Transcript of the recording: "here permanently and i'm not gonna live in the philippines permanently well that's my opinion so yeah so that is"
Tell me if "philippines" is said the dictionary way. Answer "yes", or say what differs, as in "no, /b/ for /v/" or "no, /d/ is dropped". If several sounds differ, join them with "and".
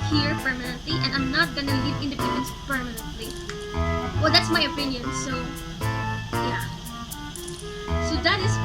no, /p/ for /f/